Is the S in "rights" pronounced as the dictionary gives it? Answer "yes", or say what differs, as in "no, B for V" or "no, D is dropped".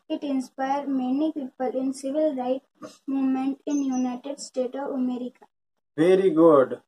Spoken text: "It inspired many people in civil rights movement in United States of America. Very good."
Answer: no, S is dropped